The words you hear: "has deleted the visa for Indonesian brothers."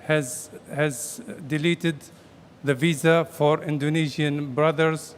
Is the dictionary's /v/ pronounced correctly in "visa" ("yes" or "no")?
yes